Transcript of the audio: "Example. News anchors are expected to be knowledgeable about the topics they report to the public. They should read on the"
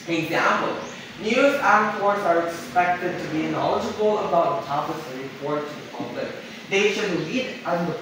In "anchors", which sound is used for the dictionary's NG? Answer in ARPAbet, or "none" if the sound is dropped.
none